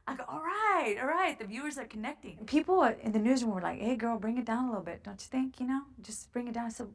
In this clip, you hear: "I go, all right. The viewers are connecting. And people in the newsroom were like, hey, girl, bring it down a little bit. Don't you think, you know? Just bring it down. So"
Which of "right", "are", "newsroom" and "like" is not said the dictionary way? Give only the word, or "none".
newsroom